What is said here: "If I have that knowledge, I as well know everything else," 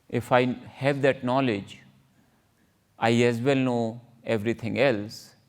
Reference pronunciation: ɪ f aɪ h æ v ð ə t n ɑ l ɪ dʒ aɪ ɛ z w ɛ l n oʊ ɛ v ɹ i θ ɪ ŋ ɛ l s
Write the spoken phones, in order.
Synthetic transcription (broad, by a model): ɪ f aɪ h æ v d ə t n ɑ l ɪ dʒ aɪ ɛ z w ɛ l n oʊ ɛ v ɹ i t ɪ ŋ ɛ l s